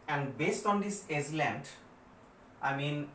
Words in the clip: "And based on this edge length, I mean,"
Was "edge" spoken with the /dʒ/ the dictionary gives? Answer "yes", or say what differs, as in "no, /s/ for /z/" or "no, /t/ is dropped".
no, /z/ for /dʒ/